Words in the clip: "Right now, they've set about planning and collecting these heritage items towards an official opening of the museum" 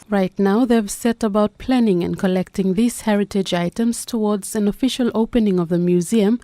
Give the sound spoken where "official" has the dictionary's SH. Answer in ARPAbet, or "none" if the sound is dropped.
SH